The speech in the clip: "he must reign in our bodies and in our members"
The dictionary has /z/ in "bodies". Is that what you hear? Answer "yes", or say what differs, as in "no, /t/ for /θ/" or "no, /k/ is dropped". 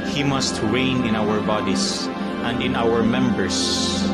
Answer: no, /s/ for /z/